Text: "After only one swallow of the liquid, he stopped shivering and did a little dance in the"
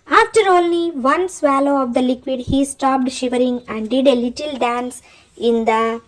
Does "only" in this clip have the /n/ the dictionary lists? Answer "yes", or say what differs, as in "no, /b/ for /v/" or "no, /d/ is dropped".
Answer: no, /n/ is dropped